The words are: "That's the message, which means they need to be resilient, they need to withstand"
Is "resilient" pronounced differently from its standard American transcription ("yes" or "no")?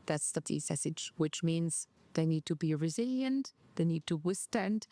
no